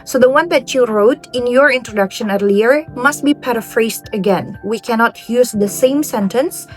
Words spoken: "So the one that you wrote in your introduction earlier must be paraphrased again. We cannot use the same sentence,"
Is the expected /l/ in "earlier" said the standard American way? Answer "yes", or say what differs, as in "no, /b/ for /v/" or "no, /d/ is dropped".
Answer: yes